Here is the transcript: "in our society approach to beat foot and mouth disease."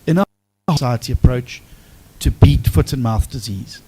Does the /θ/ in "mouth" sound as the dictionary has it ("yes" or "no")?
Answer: yes